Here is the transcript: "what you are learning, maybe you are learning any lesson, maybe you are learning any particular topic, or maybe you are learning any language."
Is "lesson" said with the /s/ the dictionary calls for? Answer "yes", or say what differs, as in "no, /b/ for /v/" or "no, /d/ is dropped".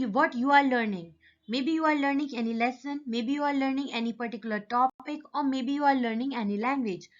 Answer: yes